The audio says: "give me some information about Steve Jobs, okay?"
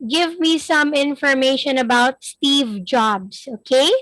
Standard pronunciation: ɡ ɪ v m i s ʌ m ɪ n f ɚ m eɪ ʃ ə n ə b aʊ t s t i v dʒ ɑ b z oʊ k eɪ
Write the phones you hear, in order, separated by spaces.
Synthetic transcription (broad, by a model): ɡ ɪ v m i s ʌ m ɪ n f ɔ m eɪ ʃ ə n ə b aʊ t s t i v dʒ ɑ b s oʊ k eɪ